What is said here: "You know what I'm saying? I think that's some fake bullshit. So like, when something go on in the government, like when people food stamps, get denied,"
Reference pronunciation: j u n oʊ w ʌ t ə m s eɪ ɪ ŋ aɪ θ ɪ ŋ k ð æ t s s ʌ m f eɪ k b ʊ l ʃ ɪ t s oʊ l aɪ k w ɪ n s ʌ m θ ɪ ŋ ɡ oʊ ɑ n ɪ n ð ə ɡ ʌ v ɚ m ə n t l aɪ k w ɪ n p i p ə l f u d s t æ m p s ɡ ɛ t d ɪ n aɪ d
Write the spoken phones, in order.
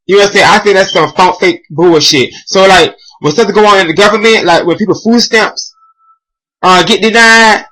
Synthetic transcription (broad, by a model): j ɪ n oʊ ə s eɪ ɪ aɪ θ ɪ ŋ k ð æ t s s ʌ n f eɪ k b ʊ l ʃ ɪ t s oʊ l aɪ k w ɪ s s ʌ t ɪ ɡ oʊ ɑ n ɪ n ð ə ɡ ʌ v ɚ m ə n t l aɪ k w ɪ n p i p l f u d s t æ m p s ɡ ɛ t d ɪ n aɪ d